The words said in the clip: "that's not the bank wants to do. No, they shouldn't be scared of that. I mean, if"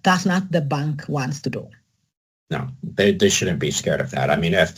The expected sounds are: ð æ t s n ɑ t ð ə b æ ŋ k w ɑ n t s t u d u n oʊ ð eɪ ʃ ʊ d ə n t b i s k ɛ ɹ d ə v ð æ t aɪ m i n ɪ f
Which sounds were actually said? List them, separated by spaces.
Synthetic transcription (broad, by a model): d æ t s n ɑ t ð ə b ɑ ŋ k w ɑ n t s t u d u n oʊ ð eɪ ʃ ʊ d n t b i s k ɛ ɹ d ə v ð æ t aɪ m i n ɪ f